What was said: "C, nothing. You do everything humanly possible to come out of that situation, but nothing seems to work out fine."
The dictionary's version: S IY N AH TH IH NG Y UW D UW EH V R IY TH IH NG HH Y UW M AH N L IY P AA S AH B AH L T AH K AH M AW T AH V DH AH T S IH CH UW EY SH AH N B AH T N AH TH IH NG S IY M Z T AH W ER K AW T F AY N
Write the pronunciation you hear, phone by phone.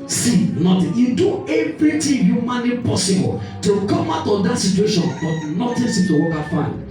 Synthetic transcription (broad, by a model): S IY N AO T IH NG Y UW D UW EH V R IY T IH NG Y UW M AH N IY P AA S AH B AH L T AH K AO M AW T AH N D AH T S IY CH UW EY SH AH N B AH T N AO T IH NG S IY T AH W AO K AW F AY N